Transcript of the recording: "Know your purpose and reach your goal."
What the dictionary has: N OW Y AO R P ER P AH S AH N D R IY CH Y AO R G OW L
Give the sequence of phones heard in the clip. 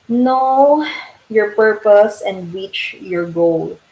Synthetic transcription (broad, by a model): N OW Y AO R P ER P AH S AH N D W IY CH Y AO R G OW L